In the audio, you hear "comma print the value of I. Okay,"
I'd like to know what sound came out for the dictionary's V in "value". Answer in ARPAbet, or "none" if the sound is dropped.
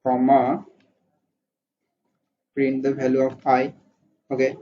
B